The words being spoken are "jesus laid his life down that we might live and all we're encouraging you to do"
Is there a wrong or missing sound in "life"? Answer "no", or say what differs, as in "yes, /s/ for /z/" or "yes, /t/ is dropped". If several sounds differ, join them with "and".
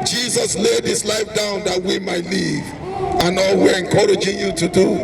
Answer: no